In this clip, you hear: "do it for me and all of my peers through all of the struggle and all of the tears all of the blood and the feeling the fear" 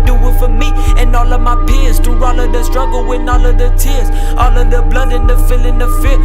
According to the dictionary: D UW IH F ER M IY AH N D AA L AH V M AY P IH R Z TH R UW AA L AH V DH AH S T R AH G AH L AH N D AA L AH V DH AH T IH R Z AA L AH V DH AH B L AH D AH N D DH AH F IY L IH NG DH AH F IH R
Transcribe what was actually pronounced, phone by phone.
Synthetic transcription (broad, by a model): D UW IH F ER M IY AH N AA L AH V M AY P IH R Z T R AA L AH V DH AH S T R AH G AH L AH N AA L AH V DH AH T IH R Z AA L AH V DH AH B L AH D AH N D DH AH F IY L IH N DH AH F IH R